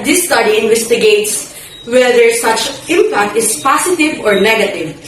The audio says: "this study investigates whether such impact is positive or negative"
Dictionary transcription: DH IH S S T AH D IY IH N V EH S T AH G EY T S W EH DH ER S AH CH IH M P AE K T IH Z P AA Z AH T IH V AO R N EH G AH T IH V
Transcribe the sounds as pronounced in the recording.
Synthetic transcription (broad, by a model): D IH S S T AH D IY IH N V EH S T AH G EY T S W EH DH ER S AH CH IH M P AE K T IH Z P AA S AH T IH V AO R N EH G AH T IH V